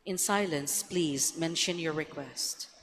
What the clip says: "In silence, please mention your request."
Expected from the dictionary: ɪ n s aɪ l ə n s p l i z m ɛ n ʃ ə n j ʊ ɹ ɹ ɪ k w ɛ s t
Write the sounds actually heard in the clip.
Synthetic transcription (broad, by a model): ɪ n s aɪ l ə n s p l i z m ɛ n ʃ ə n j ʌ ɹ ɹ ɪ k w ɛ s t